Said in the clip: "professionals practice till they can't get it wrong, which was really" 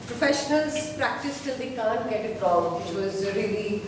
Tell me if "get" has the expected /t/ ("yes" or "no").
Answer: yes